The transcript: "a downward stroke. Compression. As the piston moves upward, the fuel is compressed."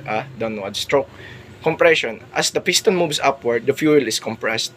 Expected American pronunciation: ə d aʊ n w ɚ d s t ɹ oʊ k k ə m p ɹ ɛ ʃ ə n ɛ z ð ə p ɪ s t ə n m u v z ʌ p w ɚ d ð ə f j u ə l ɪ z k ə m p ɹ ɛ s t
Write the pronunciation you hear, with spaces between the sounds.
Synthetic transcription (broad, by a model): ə d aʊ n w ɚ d s t ɹ oʊ k k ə m p ɹ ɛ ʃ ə n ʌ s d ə p ɪ s t ə n m u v s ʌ p w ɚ d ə f j u ə l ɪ s k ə m p ɹ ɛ s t